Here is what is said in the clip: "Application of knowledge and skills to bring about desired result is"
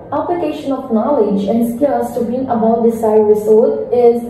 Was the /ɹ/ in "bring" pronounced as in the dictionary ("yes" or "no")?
no